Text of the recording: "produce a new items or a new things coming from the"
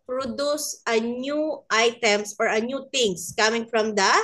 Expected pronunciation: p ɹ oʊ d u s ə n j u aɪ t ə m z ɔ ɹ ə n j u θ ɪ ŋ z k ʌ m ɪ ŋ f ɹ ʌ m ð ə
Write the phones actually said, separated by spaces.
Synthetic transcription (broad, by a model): p ɹ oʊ d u s ə n j u aɪ t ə m s ɔ ɹ ə n j u t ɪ ŋ s k ʌ m ɪ ŋ f ɹ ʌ m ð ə